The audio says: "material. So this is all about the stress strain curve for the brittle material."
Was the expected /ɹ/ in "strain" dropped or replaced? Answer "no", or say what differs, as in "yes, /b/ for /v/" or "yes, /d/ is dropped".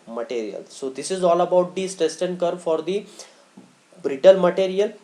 yes, /ɹ/ is dropped